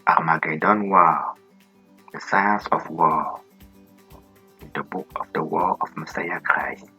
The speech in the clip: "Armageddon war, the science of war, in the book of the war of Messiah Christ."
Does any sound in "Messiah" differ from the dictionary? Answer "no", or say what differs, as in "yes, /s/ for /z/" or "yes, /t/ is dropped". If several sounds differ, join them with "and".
no